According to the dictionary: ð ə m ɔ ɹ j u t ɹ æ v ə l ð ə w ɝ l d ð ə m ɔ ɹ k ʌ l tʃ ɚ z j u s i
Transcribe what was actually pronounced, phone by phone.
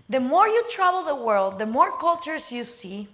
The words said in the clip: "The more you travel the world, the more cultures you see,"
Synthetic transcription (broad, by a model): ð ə m ɔ ɹ j u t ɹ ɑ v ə l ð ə w ɝ l d ð ə m ɔ ɹ k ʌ l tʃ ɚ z j u s i